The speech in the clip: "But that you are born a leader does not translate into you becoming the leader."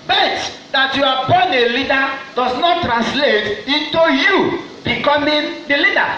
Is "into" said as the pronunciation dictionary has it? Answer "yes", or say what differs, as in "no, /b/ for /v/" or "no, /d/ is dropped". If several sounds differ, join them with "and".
yes